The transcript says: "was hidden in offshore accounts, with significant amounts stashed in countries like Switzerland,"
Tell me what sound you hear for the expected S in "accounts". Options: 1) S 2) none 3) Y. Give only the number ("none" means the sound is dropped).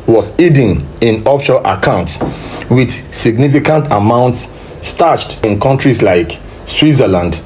1